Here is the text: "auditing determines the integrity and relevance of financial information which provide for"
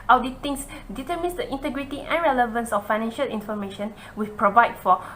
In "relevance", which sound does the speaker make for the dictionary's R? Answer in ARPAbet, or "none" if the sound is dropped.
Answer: R